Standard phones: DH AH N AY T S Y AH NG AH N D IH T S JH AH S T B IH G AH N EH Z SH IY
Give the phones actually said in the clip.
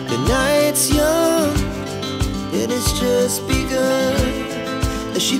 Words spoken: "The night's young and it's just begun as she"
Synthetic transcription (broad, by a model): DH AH N AY T S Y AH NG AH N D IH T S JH AH S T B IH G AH IH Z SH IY